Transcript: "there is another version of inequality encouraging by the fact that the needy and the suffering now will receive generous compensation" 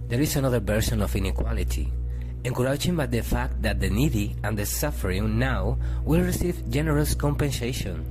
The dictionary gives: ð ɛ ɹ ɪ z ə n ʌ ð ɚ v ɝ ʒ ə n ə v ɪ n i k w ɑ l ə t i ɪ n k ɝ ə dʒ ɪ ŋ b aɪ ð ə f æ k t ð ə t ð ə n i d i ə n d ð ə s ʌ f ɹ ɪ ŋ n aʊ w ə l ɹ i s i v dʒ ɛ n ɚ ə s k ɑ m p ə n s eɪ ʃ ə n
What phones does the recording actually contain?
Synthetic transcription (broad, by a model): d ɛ ɹ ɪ s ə n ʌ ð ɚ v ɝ s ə n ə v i n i k w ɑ l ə t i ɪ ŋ k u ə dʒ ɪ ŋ b aɪ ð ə f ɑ k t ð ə t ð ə n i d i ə n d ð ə s ʌ f ɹ ɪ ŋ n aʊ w ə l ɹ i s i v dʒ ɛ n ɚ ə s k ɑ m p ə n s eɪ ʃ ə n